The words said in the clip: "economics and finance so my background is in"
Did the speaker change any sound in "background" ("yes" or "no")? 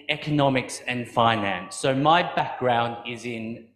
no